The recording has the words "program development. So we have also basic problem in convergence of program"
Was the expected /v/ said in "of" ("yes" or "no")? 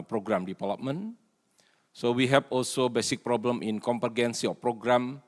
no